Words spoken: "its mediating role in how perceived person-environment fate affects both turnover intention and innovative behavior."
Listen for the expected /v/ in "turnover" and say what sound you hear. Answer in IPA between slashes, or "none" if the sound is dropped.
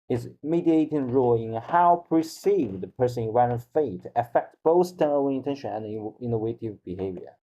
/b/